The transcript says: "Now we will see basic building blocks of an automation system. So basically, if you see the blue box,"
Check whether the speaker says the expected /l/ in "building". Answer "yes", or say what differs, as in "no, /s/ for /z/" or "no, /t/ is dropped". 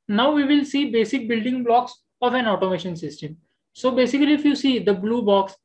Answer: yes